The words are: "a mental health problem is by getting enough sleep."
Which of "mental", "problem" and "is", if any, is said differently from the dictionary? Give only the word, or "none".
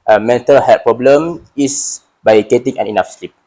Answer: is